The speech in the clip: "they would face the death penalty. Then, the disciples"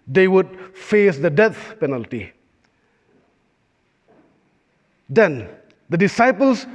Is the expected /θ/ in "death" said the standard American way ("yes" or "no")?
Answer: no